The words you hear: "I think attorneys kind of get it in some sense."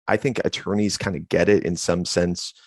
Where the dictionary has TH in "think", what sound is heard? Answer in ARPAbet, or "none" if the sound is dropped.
TH